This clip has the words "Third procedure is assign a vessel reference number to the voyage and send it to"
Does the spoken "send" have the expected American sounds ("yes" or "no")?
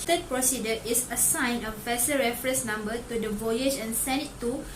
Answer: no